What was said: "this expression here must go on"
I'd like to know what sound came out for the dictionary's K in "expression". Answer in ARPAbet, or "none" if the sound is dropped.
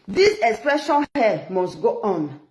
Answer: K